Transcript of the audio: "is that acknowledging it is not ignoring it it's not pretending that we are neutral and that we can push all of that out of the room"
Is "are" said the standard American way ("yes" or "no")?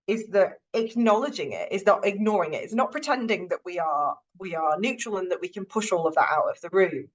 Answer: no